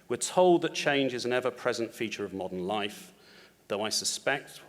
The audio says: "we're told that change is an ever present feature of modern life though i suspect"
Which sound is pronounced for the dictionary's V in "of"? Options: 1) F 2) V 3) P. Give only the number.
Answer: 2